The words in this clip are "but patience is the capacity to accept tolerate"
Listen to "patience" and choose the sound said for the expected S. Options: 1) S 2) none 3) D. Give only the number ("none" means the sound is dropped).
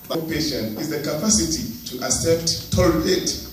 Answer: 2